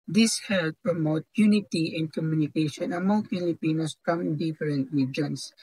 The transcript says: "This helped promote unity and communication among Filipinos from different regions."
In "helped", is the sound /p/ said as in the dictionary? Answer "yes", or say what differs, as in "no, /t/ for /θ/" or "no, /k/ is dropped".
no, /p/ is dropped